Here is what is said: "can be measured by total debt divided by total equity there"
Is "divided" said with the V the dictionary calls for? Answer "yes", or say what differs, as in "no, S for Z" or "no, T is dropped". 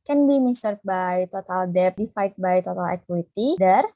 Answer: no, F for V